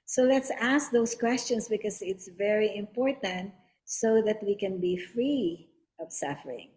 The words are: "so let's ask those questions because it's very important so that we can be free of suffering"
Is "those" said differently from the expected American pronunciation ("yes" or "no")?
yes